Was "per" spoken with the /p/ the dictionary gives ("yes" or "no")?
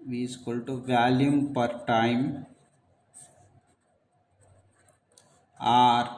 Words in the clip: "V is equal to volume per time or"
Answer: yes